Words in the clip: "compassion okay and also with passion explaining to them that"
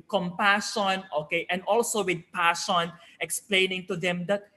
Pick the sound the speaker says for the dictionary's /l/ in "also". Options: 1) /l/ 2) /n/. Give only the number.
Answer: 1